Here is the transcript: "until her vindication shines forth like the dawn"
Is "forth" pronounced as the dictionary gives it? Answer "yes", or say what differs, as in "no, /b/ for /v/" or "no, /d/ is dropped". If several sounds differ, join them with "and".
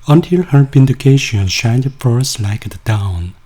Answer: no, /s/ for /θ/